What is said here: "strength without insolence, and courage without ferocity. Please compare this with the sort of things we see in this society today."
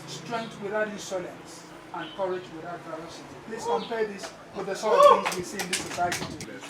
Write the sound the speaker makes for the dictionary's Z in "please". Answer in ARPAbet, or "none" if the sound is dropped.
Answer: S